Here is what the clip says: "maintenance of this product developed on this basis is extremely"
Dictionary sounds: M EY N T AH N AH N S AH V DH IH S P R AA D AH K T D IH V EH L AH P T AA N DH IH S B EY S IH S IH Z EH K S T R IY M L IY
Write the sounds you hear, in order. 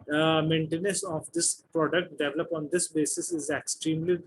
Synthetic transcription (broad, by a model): M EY N T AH N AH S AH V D IH S P R AA D AH K T D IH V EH L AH P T AA N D IH S B EY S IH S IH Z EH K S T R IY M L IY